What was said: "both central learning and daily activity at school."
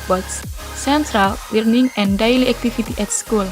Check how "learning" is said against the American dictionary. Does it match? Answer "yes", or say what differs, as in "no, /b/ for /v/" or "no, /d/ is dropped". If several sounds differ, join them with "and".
no, /w/ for /l/